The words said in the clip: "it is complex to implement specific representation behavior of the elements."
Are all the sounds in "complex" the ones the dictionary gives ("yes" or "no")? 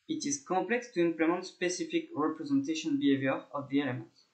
no